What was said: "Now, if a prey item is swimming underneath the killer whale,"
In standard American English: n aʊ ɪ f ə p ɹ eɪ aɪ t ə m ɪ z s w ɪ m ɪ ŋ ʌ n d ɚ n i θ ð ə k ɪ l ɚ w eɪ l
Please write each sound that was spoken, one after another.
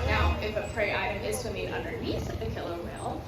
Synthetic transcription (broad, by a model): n aʊ ɪ f ə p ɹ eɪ aɪ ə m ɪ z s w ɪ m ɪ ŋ ʌ n d ɚ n i s ð ə k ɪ l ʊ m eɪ l